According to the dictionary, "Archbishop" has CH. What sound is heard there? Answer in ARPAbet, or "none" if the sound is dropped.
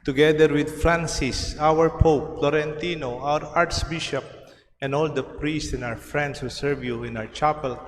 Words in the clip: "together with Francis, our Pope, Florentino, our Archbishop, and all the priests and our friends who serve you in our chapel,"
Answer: S